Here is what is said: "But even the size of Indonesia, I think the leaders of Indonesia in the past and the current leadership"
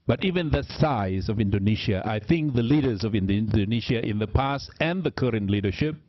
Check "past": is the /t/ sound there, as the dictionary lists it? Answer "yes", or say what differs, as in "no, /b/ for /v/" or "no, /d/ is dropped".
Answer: yes